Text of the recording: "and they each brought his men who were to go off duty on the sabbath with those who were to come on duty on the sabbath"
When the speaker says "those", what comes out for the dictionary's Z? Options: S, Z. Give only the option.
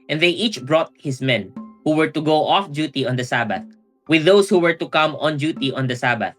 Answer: S